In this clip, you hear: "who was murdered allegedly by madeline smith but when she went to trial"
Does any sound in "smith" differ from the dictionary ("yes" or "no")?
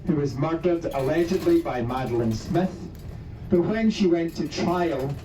no